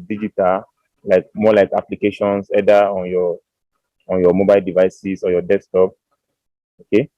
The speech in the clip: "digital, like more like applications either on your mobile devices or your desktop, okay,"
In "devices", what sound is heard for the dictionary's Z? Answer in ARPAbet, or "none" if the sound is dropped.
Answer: S